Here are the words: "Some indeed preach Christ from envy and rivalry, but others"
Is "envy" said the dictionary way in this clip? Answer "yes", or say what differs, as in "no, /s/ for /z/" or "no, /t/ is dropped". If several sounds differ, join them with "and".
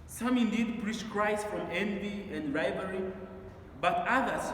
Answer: yes